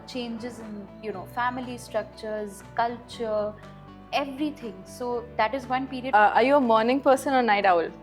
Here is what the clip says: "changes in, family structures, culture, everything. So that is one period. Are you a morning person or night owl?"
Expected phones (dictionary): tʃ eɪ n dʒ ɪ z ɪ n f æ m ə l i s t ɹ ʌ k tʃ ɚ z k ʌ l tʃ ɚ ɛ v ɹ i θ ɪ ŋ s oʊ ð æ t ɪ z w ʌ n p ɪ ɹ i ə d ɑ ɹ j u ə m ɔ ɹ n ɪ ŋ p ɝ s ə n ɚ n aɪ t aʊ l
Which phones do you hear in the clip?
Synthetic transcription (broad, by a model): tʃ eɪ n dʒ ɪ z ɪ n f æ m ə l i s t ɹ ʌ k tʃ ɚ z k ʌ l tʃ ɚ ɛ v ɹ i t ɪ ŋ s oʊ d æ t ɪ z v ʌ n p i ɹ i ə ɑ ɹ j u ə m ɔ ɹ n ɪ ŋ p ɝ s ə n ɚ n aɪ t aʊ l